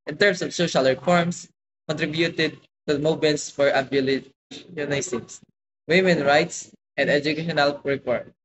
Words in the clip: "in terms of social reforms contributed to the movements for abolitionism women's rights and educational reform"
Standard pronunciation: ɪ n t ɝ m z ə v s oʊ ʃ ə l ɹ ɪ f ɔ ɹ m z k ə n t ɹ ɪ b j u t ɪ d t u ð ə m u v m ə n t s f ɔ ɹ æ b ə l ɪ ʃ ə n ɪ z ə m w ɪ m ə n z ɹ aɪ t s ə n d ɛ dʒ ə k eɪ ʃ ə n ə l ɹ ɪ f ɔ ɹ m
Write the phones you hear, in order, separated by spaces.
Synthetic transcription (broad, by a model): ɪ n t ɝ m s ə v s oʊ ʃ ə l ɹ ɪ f ɔ ɹ m s k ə n t ɹ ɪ b j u t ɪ d t u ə m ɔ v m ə n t s f ɔ ɹ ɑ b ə l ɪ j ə n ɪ s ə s w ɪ m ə n ɹ aɪ t s ə n d ɛ dʒ ə k eɪ ʃ ə n ə l ɹ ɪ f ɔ ɹ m